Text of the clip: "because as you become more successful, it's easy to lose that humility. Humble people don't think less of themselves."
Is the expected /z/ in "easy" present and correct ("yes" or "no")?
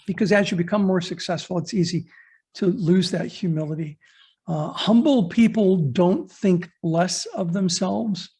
yes